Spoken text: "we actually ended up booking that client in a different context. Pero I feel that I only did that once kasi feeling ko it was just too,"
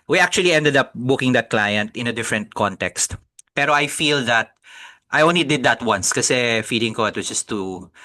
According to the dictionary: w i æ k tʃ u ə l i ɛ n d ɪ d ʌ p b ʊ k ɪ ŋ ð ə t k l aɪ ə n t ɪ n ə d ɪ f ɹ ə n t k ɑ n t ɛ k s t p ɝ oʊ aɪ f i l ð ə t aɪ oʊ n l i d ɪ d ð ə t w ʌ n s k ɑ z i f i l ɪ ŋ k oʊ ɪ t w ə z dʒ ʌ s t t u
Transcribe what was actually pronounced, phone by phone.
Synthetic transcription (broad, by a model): w i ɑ k tʃ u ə l i ɛ n d ɪ d ʌ p b ʊ k ɪ ŋ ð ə t k l aɪ ə n t ɪ n ə d ɪ f ɹ ə n t k ɑ n t ɛ k s t p ɝ oʊ aɪ f i l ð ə t aɪ oʊ n l i d ɪ d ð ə t w ʌ n s k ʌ s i f i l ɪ ŋ k oʊ ɪ t w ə s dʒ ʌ s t t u